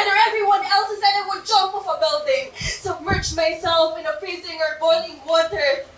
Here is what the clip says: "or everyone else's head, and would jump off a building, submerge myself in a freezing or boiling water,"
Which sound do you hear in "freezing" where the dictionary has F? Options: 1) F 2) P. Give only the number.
2